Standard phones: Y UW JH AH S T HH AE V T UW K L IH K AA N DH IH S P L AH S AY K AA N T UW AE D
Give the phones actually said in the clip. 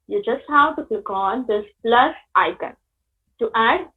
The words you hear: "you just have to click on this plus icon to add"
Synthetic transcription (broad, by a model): Y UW JH AH S T HH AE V T UW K L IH K AA N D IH S P L AH S AY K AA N T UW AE D